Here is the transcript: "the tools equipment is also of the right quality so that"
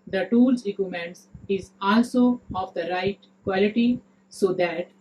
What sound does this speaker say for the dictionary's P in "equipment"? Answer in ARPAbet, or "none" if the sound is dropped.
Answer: none